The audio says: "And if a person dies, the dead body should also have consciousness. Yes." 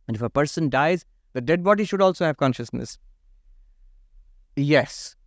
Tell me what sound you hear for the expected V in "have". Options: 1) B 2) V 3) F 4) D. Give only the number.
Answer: 2